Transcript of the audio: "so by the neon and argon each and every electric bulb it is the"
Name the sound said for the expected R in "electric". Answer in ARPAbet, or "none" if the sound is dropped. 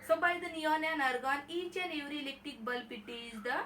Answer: none